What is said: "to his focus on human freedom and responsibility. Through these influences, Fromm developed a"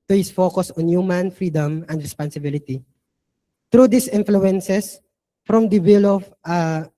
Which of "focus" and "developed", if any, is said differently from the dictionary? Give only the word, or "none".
developed